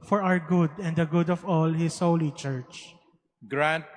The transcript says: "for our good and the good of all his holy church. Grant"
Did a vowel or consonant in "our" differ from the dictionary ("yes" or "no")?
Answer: yes